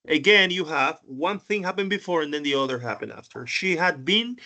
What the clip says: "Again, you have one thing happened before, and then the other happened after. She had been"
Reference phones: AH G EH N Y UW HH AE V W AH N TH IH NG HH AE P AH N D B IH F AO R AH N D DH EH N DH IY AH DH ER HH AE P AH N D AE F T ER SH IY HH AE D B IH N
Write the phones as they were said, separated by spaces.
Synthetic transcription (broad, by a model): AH G EH N Y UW HH AE V W AH N TH IH NG HH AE P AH N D B IH F AO R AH N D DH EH N DH IY AH DH ER HH AE P AH N D AE F T ER SH IY HH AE D B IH N